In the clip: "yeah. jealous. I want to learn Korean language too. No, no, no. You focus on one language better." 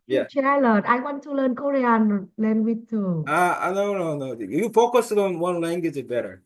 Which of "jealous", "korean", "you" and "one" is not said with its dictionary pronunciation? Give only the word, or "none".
jealous